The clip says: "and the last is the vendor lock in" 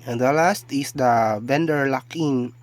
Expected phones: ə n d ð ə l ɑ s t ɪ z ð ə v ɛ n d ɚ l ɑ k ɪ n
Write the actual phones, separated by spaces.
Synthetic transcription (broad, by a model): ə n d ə l ɑ s t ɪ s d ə b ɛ n d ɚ l ɑ k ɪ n